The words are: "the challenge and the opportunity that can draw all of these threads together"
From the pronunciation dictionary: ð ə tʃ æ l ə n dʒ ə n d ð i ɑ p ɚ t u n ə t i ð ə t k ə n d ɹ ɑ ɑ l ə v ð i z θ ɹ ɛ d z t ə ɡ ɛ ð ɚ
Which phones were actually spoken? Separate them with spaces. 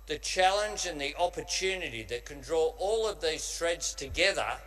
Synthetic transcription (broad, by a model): ð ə tʃ æ l ə n dʒ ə n ð i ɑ p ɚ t u n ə t i ð ə t k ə n d ɹ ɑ ɑ l ə v ð i z t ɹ ɛ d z t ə ɡ ɛ ð ɚ